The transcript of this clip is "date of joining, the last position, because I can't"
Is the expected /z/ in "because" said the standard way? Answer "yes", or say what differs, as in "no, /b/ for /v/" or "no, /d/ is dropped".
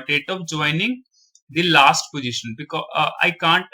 no, /z/ is dropped